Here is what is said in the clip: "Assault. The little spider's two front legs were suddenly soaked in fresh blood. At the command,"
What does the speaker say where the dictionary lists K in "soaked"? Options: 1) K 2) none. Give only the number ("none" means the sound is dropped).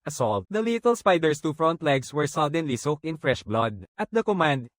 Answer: 1